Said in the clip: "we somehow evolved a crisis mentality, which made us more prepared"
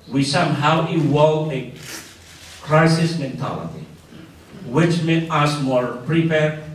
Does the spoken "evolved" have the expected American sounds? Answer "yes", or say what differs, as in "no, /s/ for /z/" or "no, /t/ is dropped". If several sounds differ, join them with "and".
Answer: no, /d/ is dropped